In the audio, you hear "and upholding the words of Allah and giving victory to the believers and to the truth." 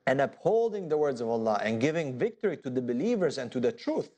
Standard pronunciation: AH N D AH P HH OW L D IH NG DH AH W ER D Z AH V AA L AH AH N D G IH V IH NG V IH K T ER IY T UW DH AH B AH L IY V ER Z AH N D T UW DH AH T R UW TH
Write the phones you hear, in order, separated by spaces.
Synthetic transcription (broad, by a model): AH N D AH P HH OW L D IH NG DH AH W ER D Z AH V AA L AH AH N G IH V IH NG V IH K T ER IY T UW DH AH B AH L IY V ER Z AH N T UW DH AH T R UW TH